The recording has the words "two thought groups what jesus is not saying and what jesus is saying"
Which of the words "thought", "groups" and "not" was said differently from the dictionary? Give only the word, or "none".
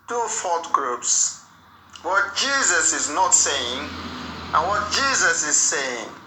thought